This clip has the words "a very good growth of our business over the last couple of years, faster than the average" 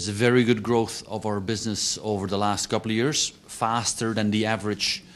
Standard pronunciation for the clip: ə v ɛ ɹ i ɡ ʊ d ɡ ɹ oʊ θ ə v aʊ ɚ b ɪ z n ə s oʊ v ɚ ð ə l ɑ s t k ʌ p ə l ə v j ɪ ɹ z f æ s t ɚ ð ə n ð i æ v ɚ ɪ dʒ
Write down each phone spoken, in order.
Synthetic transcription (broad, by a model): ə v ɛ ɹ i ɡ ʊ d ɡ ɹ oʊ θ ə v aʊ ɚ b ɪ z n ə s oʊ v ɚ ð ə l ɑ s t k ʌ p l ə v j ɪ ɹ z f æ s t ɚ ð ə n ð i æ v ɚ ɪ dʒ